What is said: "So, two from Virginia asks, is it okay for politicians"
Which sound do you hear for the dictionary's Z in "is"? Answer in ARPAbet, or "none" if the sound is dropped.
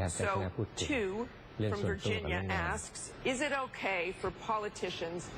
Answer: Z